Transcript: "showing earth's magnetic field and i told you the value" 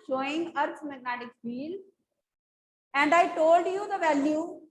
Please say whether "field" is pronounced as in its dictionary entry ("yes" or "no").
no